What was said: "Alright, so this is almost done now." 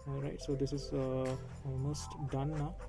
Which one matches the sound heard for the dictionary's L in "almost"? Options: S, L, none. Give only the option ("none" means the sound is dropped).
none